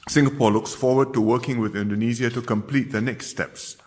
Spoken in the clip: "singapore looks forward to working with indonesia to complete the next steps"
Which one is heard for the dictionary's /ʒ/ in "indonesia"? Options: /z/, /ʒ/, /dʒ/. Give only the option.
/z/